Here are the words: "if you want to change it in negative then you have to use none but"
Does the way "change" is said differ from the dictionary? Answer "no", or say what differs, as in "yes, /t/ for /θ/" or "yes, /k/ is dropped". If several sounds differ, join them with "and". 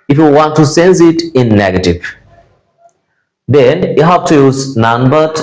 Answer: yes, /s/ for /tʃ/